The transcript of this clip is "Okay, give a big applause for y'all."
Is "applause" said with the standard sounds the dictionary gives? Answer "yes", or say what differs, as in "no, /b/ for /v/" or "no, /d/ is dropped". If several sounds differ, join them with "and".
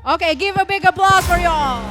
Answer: no, /b/ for /p/